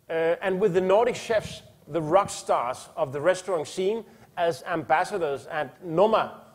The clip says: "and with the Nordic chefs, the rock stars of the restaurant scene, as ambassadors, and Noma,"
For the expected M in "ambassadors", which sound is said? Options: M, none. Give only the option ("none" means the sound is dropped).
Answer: M